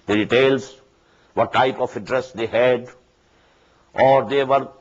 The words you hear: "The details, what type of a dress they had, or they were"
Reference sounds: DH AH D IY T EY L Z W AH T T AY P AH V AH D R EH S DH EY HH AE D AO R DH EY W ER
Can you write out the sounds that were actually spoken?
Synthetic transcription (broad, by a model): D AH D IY T EY L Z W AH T T AY P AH F AH D R EH S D EY HH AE D AO R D EY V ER